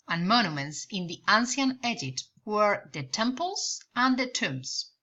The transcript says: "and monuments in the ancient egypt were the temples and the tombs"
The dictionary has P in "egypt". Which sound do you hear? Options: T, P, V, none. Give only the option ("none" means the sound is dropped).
none